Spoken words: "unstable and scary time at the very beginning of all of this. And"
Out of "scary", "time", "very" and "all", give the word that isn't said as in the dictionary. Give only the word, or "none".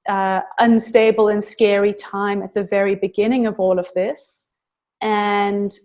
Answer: none